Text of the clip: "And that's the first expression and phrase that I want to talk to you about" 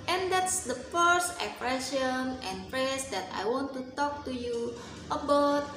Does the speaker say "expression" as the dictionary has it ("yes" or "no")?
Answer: no